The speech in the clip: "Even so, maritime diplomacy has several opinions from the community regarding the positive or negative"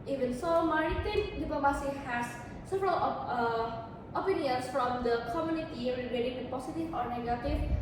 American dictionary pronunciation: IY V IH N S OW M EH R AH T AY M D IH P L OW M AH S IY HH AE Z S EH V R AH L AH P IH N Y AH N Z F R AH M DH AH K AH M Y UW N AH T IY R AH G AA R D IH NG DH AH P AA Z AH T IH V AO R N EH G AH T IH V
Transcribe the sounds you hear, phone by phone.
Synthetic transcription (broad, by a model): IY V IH N S OW M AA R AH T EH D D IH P OW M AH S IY HH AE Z S EH V R AH L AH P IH N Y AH N S F R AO M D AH K AH M Y UW N AH T IY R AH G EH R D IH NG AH P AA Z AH T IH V AO R N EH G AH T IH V